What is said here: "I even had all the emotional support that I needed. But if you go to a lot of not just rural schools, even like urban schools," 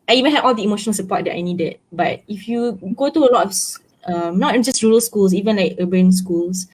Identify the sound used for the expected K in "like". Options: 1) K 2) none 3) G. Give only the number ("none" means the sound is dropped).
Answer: 1